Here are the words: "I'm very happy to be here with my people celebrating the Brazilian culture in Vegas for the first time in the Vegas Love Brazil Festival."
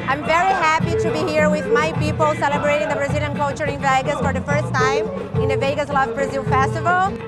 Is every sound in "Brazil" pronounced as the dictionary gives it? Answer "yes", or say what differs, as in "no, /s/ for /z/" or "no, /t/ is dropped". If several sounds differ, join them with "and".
yes